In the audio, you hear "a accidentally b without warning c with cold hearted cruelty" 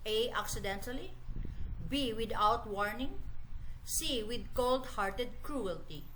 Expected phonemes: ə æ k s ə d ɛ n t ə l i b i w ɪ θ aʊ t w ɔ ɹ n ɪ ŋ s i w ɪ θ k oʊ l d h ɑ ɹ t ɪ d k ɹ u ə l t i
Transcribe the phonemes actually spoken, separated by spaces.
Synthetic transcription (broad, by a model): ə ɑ k s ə d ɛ n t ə l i b i w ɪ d aʊ t w ɔ ɹ n ɪ ŋ s i w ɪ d k oʊ l d h ɑ ɹ t ɪ d k ɹ u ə l t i